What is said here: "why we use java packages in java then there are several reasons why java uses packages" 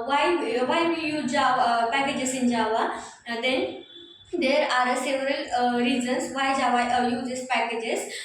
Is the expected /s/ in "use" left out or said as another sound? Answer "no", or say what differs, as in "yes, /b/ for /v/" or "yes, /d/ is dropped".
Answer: yes, /s/ is dropped